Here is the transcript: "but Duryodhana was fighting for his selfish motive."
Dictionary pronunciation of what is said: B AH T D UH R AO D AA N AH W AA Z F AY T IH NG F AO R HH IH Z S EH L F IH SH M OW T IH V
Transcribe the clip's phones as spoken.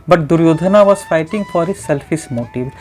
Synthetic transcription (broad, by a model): B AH T D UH R AO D N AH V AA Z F AY T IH NG F AO R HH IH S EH L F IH S M OW T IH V